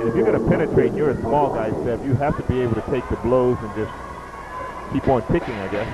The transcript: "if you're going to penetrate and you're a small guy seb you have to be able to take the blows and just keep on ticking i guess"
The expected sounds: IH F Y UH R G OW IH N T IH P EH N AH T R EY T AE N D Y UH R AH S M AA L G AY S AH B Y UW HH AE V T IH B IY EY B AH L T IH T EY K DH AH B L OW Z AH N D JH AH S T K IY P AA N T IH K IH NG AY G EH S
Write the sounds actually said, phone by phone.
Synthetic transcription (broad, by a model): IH F Y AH R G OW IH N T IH P EH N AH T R EY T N Y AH R AH S M AA L G AY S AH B Y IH HH AE F T IH B IY EY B L T IH T EY K DH AH B L OW Z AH N JH AH S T K IY P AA N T IH K IH NG AY G EH S